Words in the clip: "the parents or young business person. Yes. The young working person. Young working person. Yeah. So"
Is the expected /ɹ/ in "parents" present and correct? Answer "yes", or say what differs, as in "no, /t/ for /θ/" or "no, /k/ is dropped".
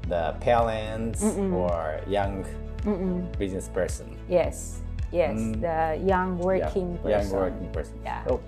no, /l/ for /ɹ/